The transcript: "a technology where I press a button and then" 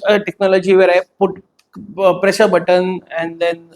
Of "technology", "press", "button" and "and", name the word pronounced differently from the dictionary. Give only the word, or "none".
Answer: press